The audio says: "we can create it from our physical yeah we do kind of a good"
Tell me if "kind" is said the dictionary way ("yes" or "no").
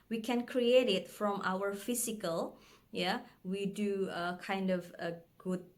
yes